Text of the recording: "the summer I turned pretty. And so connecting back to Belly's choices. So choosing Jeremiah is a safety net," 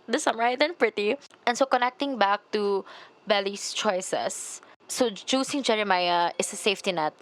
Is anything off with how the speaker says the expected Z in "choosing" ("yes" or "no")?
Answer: yes